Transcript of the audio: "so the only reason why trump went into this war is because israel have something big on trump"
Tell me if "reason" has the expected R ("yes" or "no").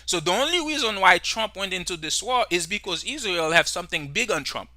yes